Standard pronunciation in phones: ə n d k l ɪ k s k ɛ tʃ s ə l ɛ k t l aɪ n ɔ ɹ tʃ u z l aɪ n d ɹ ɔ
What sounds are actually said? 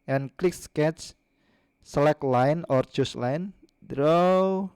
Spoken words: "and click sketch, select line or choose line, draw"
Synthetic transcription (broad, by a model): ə n k l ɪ k s k ɛ tʃ s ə l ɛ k l aɪ n ɔ ɹ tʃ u s l aɪ n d ɹ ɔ